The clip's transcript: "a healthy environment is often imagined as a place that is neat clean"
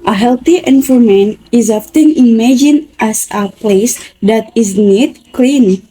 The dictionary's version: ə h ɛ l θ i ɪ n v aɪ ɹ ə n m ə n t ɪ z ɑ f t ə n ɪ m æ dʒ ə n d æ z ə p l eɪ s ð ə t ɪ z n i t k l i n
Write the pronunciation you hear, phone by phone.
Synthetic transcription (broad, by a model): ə h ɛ l t i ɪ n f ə m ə n ɪ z ɑ f t ə n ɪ m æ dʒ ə n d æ s ə p l eɪ s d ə t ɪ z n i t k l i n